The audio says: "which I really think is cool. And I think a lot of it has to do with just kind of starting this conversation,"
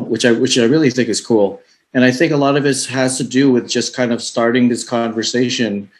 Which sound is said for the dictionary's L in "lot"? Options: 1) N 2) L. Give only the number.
2